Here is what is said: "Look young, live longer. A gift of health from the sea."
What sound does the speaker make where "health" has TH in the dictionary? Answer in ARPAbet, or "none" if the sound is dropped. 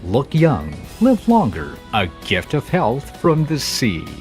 TH